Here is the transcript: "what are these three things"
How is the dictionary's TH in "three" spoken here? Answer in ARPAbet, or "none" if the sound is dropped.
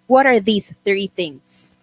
TH